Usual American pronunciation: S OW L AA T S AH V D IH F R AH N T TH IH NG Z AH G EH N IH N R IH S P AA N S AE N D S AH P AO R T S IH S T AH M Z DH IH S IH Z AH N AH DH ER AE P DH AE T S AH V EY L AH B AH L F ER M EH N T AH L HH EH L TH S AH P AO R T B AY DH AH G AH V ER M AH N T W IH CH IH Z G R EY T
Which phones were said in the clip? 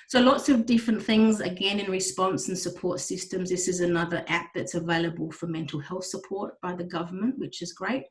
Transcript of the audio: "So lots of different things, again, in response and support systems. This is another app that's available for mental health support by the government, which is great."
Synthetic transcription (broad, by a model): S OW L AA T S AH V D IH F R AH N TH IH NG Z AH G EH N IH N R IH S P AA N S N S AH P AO R T S IH S T AH M Z DH IH S IH Z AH N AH DH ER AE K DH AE T S AH V EY L AH B AH L F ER M EH N T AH L HH EH L TH S AH P AO R T B AY DH AH G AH V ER M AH N T W IH CH IH Z G R EY T